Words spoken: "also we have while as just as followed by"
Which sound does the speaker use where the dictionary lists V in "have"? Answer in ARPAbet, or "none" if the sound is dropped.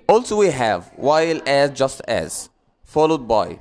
V